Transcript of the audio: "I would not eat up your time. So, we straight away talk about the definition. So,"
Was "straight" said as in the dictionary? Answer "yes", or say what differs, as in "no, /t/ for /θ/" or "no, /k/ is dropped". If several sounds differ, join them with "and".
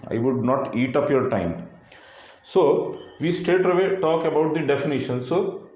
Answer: no, /ɹ/ is dropped